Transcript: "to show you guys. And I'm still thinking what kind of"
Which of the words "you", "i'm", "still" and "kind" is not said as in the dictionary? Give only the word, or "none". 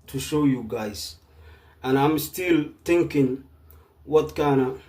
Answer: kind